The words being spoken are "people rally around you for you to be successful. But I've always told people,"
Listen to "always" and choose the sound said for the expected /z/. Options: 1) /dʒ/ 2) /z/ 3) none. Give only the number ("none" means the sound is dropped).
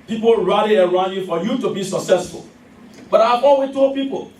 3